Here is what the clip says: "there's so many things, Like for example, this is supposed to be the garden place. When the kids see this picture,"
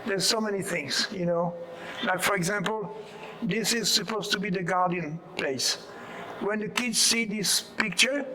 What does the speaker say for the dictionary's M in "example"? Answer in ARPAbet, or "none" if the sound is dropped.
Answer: M